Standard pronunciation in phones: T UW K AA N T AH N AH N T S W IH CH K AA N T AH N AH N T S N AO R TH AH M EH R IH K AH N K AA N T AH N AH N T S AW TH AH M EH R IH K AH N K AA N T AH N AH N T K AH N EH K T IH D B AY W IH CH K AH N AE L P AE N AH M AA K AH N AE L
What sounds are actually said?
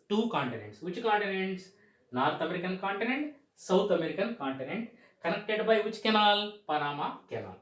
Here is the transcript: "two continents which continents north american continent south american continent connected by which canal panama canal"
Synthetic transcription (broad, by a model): T UW K AA N T AH N AH N T S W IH CH K AA N T AH N AH N T S N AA R T AH M EH R IH K AH N K AA N T AH N AH N T S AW T AH M EH R IH K AH N K AA N T AH N AH N T K AH N EH K T IH D B AY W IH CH K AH N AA L P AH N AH M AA K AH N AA L